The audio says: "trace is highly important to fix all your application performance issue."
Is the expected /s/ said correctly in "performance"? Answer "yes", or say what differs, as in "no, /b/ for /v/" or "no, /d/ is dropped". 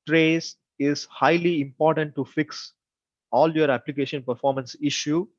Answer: yes